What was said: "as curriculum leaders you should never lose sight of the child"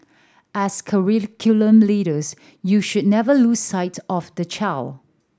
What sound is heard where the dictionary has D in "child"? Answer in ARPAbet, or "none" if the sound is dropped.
none